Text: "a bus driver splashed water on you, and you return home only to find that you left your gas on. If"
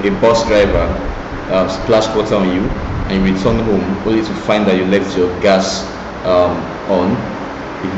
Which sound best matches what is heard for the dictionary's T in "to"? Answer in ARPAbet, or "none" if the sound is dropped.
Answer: T